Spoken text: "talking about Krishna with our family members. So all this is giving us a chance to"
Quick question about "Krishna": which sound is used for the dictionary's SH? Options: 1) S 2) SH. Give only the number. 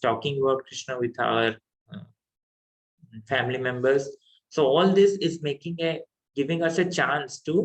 2